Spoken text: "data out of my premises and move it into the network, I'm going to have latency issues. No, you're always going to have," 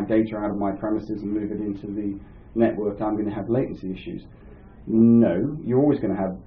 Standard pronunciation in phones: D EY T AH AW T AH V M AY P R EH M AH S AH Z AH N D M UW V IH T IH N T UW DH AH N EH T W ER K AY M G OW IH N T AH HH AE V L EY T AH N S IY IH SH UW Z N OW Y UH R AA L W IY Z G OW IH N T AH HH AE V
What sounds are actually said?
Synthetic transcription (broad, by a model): D EY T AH AW T AH V M AY P R EH M AH S AH Z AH N M UW V IH T IH N T UW DH AH N EH T W ER K AY M G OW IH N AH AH V L EY T N S IY IH SH UW Z N OW Y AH R AA L W IY Z G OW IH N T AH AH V